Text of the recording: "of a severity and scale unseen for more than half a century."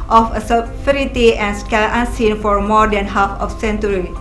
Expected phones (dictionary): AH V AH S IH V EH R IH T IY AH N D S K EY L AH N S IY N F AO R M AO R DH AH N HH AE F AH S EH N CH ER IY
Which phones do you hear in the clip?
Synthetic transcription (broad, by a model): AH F AH S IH F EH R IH T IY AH N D S K EY L AH N S IY N F AO R M AO R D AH N HH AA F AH S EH N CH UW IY